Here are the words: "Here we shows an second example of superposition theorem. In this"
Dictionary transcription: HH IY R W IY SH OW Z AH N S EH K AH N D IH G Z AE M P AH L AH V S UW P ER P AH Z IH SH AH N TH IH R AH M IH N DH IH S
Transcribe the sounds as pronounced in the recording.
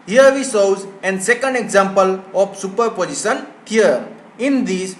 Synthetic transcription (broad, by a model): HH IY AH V IY S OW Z AH N S EH K AH N D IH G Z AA M P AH L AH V S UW P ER P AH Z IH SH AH N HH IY AH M IH N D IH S